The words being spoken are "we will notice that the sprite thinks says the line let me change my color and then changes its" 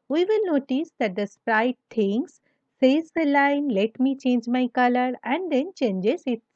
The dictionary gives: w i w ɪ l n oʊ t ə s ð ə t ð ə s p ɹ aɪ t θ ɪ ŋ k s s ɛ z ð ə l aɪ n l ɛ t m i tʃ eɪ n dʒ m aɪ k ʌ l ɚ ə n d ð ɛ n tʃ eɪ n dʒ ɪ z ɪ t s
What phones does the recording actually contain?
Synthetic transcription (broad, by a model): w i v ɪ l n oʊ t ə s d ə t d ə s p ɹ aɪ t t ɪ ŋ s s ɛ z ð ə l aɪ n l ɛ t m i tʃ eɪ n dʒ m aɪ k ʌ l ɚ ə n d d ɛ n tʃ eɪ n dʒ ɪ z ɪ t